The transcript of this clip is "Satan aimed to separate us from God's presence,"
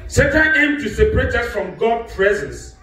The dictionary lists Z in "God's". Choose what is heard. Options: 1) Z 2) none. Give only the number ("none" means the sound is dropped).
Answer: 2